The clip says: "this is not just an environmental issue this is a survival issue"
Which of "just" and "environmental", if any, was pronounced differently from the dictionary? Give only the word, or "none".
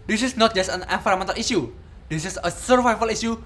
environmental